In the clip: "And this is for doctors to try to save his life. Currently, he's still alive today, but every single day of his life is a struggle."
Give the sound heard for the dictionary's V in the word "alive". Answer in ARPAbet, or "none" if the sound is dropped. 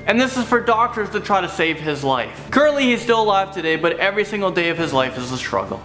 F